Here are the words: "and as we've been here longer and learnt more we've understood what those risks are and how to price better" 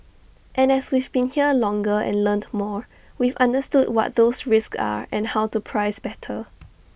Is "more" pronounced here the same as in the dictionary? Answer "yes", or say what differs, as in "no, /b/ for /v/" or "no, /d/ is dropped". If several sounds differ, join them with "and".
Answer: yes